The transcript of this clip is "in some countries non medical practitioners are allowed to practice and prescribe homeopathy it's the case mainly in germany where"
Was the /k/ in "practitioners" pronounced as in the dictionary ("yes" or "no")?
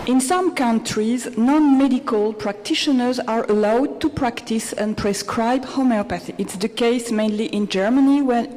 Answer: yes